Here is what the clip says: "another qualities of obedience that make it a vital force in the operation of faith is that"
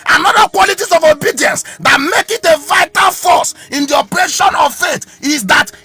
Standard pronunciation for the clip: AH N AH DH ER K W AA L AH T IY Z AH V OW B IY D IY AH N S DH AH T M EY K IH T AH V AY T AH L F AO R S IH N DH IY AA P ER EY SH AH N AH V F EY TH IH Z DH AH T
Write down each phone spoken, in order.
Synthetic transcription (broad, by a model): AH N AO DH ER K W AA L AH T IY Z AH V OW B IY D IY AH N S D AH T M EY K IH T AH V AY T AH L F AO S IH N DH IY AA P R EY SH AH N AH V F EY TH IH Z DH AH T